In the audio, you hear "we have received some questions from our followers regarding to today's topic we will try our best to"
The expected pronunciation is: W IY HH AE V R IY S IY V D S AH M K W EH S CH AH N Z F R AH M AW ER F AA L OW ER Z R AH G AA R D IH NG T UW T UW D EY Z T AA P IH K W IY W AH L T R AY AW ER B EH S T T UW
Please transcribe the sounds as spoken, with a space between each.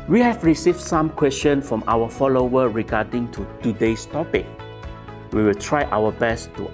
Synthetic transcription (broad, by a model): W IY HH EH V R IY S IY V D S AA M K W EH S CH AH N F R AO M AW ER F AA L OW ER R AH G AA D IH NG T UW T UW D EY S T AA P IH K W IY W AH L T R AY AW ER B EH S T T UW